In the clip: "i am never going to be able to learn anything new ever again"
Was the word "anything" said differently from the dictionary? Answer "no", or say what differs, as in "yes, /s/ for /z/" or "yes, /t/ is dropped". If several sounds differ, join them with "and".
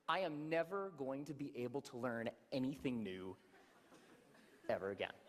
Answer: no